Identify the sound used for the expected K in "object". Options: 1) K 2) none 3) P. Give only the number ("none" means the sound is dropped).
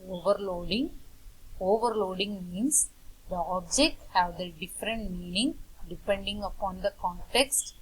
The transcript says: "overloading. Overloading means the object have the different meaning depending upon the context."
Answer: 1